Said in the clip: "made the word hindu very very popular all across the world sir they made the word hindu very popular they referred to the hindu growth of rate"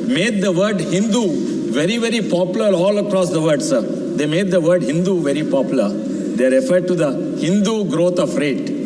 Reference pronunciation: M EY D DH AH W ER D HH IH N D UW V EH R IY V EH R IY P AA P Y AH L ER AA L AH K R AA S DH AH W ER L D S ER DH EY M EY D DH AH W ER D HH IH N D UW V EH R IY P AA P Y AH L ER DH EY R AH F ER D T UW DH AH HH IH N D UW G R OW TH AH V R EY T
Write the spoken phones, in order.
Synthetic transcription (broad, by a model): M EY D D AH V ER D HH IH N D UW V EH R IY V EH R IY P AA P Y AH L ER AA L AH K R AA S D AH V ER D S ER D EY M EY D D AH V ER D HH IH N D UW V EH R IY P AA P Y AH L ER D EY R AH F ER D T UW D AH HH IH N D UW G R OW T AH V R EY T